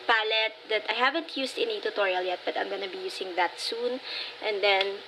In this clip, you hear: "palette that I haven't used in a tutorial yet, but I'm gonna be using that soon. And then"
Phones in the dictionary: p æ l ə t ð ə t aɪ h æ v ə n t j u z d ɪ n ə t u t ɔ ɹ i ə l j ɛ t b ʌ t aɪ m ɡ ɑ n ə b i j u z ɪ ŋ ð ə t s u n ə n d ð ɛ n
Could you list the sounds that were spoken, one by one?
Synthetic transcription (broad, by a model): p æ l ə t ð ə t aɪ h æ v ə n t j u s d ɪ n ə t u t ɔ ɹ i ə l j ɛ t b ʌ t aɪ m ɡ ɑ n ə b i j u s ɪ ŋ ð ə t s u n ə n d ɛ n